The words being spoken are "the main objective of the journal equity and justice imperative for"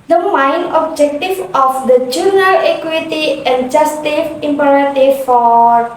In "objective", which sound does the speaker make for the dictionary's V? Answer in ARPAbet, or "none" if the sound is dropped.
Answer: F